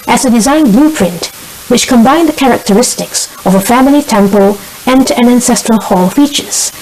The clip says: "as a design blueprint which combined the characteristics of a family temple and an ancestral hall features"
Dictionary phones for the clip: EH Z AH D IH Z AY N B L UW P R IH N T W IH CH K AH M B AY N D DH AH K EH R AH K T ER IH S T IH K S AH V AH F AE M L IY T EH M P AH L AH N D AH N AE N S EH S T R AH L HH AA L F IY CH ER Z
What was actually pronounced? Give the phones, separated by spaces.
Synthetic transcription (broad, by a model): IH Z AH D IH Z AY N B L UW P R IH N T W IH CH K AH M B AY N DH AH K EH R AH K T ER IH S T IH K S AH V AH F AE M L IY T EH M P AH L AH N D AH N AE N S EH S T R AH L HH AA L F IY CH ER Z